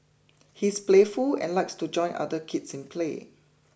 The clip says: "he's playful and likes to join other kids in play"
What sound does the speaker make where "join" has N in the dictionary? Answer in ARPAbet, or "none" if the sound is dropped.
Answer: N